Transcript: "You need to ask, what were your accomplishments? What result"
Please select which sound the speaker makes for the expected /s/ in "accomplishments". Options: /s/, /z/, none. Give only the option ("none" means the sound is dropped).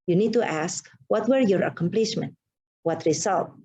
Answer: none